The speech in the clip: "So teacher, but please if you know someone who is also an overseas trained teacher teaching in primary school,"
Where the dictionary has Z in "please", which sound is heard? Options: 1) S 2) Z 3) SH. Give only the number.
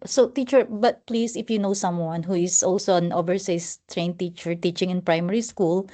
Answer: 1